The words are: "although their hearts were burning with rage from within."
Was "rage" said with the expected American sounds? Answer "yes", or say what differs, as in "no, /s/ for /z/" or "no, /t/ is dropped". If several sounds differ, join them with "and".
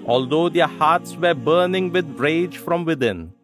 yes